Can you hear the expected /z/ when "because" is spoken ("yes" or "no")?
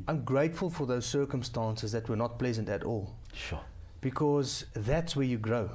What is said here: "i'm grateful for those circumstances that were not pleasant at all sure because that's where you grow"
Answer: yes